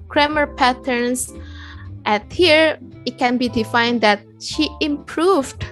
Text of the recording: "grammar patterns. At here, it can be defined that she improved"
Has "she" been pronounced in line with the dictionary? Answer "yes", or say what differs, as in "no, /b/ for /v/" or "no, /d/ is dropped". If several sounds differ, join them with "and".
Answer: yes